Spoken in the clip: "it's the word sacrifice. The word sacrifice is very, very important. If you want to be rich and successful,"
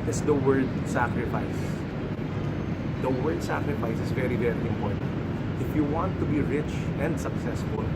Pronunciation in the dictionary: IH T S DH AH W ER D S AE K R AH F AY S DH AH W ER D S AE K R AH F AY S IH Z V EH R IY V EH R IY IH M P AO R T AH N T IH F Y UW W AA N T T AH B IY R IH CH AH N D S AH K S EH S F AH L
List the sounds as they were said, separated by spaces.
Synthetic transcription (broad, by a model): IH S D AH W ER D S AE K R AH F AY S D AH W ER D S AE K R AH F AY S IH S V EH R IY V EH R IY IH M P AO R T AH N T IH F Y UW W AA N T T AH B IY R IH CH AH N D S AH K S EH S F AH L